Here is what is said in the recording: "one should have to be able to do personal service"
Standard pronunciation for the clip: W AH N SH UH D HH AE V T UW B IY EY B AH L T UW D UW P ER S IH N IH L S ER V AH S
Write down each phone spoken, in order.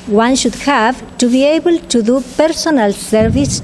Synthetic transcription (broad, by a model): W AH N SH UH D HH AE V T UW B IY EY B AH L T UW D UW P ER S IH N IH L S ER V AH S